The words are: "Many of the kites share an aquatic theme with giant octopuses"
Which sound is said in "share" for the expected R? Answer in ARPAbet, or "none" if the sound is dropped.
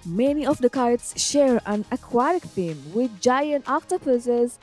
R